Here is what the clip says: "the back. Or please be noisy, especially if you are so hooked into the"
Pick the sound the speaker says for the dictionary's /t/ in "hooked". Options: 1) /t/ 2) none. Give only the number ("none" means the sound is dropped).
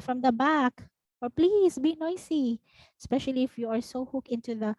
2